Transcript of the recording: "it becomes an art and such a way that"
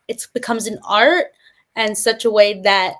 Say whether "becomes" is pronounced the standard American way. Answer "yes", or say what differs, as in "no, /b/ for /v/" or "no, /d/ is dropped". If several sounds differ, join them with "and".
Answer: yes